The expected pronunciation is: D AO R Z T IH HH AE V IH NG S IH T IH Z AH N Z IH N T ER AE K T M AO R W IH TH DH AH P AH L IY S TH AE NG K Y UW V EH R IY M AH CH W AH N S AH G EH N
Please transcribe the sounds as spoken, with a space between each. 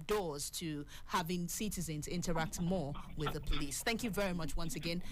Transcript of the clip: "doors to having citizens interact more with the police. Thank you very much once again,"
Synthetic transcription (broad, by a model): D AO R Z T IH HH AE V IH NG S IH T IH Z AH N Z IH N T ER AE K T M AO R W IH DH AH P AH L IY S TH AE NG K Y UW V EH R IY M AH CH W AH N S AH G EH N